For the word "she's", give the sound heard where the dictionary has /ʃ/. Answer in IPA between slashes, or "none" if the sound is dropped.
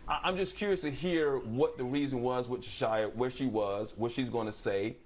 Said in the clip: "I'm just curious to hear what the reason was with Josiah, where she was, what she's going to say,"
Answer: /ʃ/